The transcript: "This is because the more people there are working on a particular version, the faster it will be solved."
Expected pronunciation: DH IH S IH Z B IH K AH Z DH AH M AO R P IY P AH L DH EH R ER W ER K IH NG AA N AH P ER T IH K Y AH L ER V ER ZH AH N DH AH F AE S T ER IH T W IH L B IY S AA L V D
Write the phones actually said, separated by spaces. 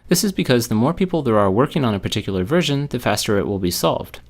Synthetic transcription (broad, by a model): DH IH S IH Z B IH K AH Z DH AH M AO R P IY P L DH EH R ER W ER K IH NG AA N AH P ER T IH K Y L ER V ER ZH AH N DH AH F AE S T ER IH T W IH L B IY S AA L V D